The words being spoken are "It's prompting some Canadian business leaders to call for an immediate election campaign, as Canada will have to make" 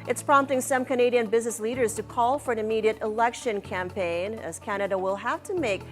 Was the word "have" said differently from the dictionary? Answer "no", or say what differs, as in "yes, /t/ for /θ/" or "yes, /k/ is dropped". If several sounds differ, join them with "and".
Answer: yes, /f/ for /v/